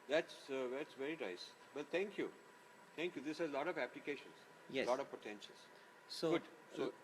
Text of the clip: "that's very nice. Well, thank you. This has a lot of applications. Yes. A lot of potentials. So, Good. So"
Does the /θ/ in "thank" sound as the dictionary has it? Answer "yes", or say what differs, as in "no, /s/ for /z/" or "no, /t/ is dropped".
no, /t/ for /θ/